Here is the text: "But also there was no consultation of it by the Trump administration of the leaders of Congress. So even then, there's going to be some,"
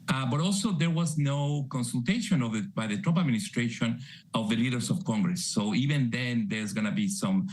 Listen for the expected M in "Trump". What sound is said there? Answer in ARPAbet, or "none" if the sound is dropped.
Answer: none